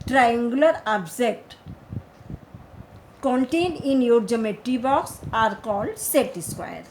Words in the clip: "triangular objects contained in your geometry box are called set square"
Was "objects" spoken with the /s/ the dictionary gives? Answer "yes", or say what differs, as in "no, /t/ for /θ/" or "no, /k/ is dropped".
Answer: no, /s/ is dropped